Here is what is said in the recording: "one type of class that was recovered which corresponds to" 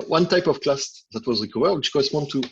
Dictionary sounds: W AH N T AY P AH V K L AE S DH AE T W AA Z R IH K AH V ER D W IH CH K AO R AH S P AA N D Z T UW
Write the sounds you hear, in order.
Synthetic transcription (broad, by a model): W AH N T AY P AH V K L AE S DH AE T W AA Z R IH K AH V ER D W IH CH K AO R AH S P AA N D T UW